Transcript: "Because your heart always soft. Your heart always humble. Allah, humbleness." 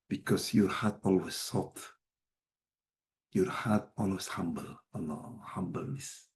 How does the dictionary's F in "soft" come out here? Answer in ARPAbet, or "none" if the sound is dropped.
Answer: none